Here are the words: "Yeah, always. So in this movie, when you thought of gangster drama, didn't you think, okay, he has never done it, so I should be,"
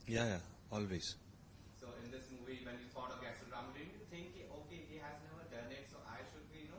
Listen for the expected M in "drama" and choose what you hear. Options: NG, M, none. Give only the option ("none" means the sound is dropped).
none